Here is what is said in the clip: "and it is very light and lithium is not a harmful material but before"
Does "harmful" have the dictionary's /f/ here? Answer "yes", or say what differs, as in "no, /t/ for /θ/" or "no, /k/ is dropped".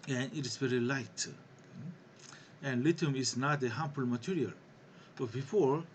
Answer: no, /p/ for /f/